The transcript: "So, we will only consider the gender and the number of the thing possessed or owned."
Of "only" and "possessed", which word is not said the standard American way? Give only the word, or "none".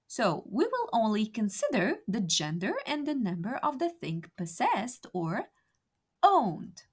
none